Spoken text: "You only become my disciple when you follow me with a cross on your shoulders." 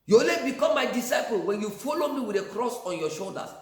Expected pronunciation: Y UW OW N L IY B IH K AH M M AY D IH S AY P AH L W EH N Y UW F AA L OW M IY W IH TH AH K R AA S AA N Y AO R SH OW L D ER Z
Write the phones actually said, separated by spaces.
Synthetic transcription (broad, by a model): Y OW L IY B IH K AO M M AY D IH S AY P AH L W EH N Y UW F AA L OW M IY W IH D AH K R AA S AA N Y AO SH OW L D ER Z